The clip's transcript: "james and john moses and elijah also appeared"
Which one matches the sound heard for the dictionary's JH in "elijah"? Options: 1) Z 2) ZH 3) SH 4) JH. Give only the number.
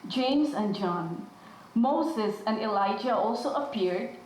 4